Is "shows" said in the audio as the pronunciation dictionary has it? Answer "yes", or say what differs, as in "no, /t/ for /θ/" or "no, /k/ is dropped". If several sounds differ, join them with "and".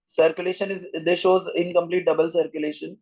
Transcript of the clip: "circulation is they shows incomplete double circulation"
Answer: yes